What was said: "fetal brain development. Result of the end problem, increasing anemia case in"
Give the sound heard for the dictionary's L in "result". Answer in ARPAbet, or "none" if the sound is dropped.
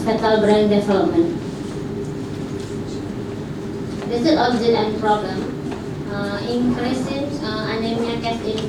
none